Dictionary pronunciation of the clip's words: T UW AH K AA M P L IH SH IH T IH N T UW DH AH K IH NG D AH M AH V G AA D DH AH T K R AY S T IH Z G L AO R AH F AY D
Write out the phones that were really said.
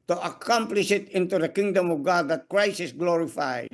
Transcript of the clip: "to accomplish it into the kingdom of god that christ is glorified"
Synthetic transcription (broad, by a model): T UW AH K AA M P L IH SH IH T IH N T UW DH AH K IH NG D AH M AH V G AA D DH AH T K R AY S IH S G L AO R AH F AY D